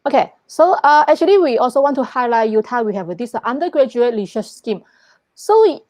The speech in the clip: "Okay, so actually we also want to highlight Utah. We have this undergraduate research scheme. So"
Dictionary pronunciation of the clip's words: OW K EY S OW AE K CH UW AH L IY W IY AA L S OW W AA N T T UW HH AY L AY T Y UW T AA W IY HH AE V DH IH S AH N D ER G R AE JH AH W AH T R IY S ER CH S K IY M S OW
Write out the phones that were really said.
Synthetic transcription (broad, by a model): OW K EY S OW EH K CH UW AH L IY W IY AA L S OW W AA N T T UW HH AY L AY T Y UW T AA W IY HH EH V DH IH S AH N D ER G R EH JH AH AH T L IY SH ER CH S K IY M S OW